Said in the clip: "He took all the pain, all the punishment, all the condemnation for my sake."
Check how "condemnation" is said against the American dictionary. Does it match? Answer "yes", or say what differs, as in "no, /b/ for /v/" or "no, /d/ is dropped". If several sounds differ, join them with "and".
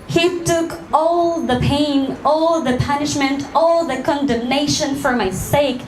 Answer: yes